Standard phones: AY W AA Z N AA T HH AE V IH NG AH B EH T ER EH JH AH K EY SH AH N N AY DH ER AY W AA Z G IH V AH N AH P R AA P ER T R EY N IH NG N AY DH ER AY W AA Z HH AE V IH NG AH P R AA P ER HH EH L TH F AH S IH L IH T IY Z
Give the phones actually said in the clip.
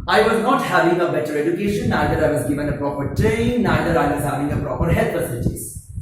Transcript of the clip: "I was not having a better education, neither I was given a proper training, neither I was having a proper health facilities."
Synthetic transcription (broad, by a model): AY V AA Z N AA T HH AE V IH NG AH B EH T ER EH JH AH K EY SH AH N N AY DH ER AY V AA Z G IH V AH N AH P R AA P ER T R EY IH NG N AY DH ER AY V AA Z HH AE V IH NG AH P R AA P ER HH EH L T F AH S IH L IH T IY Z